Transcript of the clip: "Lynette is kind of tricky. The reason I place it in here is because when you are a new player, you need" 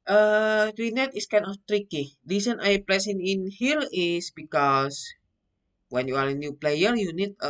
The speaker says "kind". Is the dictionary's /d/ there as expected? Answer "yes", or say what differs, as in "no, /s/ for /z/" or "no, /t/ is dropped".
no, /d/ is dropped